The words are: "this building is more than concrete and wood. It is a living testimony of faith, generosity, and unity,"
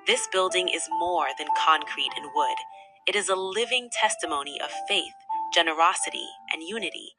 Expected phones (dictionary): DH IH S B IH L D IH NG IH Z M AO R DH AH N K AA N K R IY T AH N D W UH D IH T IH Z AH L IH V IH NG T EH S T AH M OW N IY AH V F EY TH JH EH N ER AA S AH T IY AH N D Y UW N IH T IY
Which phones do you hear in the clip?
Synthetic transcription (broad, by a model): DH IH S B IH L D IH NG IH Z M AO R DH AH N K AA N K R IY T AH N W UH D IH T IH Z AH L IH V IH NG T EH S T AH M OW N IY AH V F EY TH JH EH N ER AA S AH T IY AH N Y UW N IH T IY